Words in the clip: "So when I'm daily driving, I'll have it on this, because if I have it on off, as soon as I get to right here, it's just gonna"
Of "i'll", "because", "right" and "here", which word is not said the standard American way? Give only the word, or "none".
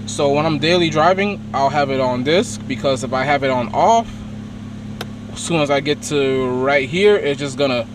none